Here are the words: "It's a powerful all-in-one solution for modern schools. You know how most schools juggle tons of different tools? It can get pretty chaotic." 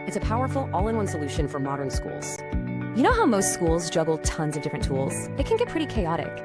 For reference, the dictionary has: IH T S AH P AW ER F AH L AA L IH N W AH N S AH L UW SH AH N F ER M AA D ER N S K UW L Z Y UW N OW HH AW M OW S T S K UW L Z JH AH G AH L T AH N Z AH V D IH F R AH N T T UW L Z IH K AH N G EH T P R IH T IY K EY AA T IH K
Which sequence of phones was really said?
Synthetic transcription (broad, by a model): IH T S AH P AW ER F L AA L IH N W AH N S AH L UW SH AH N F ER M AA D ER N S K UW L Z Y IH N OW HH AW M OW S T S K UW L Z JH AH G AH L T AH N Z AH V D IH F R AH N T T UW L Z IH K AH N G EH T P R IH T IY K EY AA T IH K